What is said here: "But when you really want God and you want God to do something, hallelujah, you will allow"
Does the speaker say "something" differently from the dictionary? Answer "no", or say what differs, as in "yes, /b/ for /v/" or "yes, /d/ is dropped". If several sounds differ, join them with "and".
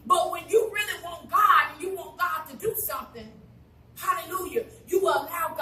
no